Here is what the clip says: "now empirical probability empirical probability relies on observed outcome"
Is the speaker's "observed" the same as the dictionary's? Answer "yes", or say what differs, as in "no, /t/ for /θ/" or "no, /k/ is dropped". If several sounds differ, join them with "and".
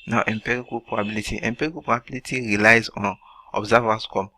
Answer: no, /d/ is dropped